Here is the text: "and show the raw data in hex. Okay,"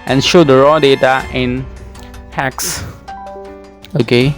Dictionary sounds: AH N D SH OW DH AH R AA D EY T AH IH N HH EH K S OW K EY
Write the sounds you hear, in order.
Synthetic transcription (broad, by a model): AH N SH OW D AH R AA D EY T AH IH N HH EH K S OW K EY